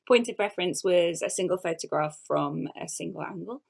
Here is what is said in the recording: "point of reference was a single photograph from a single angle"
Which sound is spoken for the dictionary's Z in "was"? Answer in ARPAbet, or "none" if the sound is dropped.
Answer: Z